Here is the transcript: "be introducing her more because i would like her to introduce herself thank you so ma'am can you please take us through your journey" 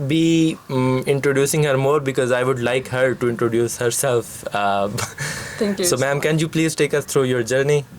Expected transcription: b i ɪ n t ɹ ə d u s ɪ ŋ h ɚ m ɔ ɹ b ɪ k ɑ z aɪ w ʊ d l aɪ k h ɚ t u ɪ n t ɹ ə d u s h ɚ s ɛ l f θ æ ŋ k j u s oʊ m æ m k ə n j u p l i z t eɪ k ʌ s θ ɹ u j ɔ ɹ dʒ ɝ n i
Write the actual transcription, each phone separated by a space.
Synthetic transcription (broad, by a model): b i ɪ n t ɹ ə d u s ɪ ŋ h ɚ m ɔ ɹ b ɪ k ɑ z aɪ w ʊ d l aɪ k h ɚ t u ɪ n t ɹ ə d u s h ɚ s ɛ l f t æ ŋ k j s oʊ m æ m k ə n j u p l i z t eɪ k ʌ s t ɹ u j ɔ ɹ dʒ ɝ n i